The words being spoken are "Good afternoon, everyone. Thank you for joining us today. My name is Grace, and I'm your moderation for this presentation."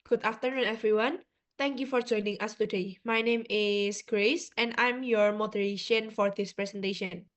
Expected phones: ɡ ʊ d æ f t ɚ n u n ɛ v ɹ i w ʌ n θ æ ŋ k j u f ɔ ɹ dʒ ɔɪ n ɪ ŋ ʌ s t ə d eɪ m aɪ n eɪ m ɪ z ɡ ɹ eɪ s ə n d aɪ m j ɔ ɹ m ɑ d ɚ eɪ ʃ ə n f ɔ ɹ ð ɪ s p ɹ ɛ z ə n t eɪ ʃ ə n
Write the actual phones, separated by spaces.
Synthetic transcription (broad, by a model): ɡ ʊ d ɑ f t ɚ n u n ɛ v ɹ i w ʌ n t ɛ ŋ k j u f ɔ ɹ dʒ ɔɪ n ɪ ŋ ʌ s t ə d eɪ m aɪ n eɪ m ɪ s ɡ ɹ eɪ s ə n d aɪ m j ɔ ɹ m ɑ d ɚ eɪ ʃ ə n f ɔ ɹ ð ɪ s p ɹ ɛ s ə n t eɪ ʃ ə n